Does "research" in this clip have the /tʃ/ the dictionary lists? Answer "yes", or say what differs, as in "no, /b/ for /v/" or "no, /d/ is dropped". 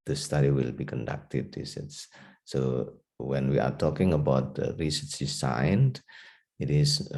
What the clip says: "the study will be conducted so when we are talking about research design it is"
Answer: no, /s/ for /tʃ/